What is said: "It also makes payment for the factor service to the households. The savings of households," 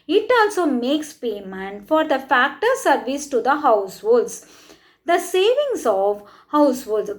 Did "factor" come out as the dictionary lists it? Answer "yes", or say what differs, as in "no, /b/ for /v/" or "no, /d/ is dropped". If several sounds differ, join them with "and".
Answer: yes